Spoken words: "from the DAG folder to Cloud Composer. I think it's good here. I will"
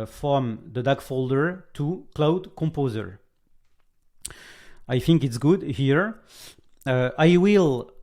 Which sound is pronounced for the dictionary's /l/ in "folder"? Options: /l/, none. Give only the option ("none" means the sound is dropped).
/l/